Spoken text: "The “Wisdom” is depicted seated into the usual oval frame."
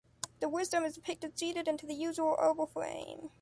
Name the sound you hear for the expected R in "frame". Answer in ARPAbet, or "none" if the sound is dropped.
L